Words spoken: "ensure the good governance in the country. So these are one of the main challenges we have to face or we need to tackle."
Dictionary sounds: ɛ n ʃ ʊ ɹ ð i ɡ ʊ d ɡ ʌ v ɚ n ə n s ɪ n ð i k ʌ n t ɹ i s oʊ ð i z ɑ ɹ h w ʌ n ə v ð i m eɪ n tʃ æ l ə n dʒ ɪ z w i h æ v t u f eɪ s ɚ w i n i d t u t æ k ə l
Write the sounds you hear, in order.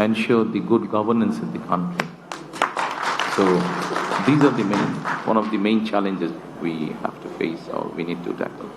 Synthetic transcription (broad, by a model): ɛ n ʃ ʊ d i ɡ ʊ d ɡ ʌ v ɚ n ə n s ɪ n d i k ʌ n t ɹ i s oʊ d i z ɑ ɹ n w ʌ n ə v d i m eɪ n tʃ æ l ə n dʒ ɪ z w i h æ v t u f eɪ s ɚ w i n i d t u t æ k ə l